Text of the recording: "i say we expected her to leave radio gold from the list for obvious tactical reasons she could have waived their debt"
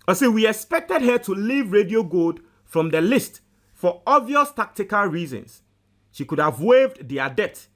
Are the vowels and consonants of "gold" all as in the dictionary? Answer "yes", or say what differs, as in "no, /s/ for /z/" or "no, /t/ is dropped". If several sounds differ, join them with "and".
no, /l/ is dropped